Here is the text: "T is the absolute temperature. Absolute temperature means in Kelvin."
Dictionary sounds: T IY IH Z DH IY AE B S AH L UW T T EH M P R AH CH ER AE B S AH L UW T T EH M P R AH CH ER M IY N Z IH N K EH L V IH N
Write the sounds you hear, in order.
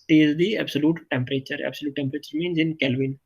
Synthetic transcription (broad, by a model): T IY IH Z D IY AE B S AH L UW T T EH M P R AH CH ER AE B S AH L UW T T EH M P R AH CH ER M IY N Z IH N K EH L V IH N